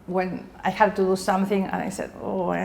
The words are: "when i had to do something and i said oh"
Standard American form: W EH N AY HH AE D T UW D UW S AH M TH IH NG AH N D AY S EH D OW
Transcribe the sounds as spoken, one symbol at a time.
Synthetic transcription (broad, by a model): W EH N AY HH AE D T UW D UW S AH M TH IH NG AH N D AY S EH D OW